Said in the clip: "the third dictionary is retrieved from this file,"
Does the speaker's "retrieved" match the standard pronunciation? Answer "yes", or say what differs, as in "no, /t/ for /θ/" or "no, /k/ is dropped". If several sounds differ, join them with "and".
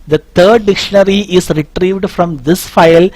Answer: yes